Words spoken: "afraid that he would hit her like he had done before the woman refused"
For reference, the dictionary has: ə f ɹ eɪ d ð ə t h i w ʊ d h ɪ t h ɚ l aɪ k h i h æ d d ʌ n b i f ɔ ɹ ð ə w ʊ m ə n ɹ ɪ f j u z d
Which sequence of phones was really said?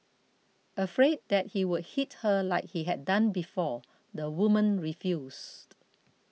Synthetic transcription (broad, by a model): ə f ɹ eɪ d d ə t h i w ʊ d h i t h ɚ l aɪ k h i h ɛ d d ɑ n b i f ɔ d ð ə w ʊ m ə n ɹ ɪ f j u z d